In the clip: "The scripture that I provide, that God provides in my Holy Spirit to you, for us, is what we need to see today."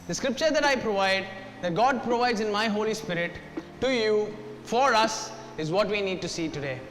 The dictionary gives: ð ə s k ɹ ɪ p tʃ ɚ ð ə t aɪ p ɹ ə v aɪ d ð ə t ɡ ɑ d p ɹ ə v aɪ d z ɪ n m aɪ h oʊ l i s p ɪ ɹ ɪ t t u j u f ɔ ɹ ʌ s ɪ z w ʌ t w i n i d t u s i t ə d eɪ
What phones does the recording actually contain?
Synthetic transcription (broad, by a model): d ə s k ɹ ɪ p tʃ ɚ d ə t aɪ p ɹ ə v aɪ d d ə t ɡ ɑ d p ɹ ə v aɪ d z ɪ n m aɪ h oʊ l i s p ɪ ɹ ɪ t t u j u f ɔ ɹ ʌ s ɪ z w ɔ t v i n i d t u s i t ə d eɪ